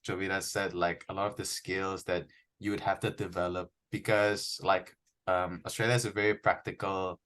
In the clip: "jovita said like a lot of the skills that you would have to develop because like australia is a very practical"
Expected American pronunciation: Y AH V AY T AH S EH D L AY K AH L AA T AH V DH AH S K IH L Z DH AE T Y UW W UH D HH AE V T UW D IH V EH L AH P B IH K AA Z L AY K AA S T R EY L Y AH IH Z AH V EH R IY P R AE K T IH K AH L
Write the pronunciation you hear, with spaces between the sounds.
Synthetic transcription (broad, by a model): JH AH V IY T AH S EH D L AY K AH L AA T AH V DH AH S K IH L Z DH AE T Y UW W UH D HH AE F T UW D IH V EH L AH P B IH K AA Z L AY K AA S T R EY L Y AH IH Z AH V EH R IY P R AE K T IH K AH L